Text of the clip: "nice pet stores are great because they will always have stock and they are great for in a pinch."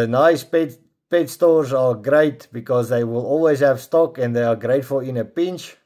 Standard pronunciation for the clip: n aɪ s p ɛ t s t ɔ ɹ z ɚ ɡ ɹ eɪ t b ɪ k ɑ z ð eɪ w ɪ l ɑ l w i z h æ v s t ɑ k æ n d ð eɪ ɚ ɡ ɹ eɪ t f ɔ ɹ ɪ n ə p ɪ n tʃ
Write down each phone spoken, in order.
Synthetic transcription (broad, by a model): n aɪ s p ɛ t s t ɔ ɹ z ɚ ɡ ɹ eɪ t b ɪ k ɑ z ð eɪ w ɪ l ɑ l w i z h æ v s t ɑ k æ n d ð eɪ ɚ ɡ ɹ eɪ t f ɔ l ɪ n ə p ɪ n tʃ